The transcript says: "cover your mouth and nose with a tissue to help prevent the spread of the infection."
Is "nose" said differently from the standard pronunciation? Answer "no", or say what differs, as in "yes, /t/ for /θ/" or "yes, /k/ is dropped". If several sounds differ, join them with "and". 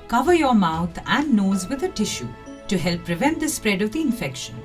no